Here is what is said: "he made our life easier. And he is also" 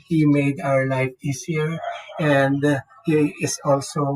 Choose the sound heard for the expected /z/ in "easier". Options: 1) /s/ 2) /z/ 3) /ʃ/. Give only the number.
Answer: 1